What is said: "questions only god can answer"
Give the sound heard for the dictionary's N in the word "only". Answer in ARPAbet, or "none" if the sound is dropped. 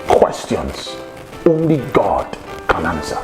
N